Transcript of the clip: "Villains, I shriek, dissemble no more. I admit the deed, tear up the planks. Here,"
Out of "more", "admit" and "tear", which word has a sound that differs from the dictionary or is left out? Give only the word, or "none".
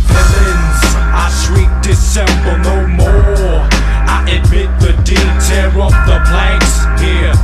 tear